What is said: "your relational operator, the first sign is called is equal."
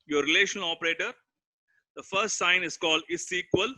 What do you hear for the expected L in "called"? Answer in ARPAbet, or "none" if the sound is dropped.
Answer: L